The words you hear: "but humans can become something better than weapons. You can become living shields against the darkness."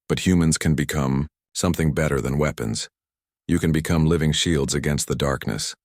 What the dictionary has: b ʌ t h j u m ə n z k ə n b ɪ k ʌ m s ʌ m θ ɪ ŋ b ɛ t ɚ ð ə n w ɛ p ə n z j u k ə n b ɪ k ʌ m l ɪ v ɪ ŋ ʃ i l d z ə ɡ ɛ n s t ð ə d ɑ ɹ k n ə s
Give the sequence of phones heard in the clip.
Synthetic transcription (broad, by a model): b ʌ t h j u m ə n z k ə n b ɪ k ʌ m s ʌ m θ ɪ ŋ b ɛ t ɚ ð ə n w ɛ p ə n z j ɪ k ə n b ɪ k ʌ m l ɪ v ɪ ŋ ʃ i l d z ə ɡ ɛ n s t ð ə d ɑ ɹ k n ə s